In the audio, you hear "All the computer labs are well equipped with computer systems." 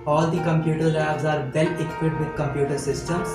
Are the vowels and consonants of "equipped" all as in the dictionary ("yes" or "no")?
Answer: no